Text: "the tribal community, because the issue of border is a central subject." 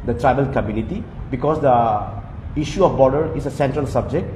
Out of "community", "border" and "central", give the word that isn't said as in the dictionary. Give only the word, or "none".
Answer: none